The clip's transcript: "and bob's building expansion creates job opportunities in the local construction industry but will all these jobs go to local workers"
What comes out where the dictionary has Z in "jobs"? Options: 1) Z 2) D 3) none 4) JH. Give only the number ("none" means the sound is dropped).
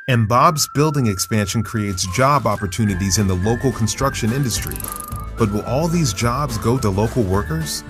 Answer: 1